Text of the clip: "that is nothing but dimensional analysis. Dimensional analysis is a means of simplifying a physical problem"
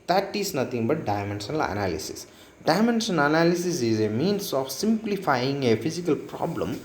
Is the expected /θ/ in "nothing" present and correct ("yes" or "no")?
no